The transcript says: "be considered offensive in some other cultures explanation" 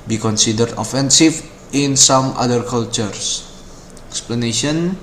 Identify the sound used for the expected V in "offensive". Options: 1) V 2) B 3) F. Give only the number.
3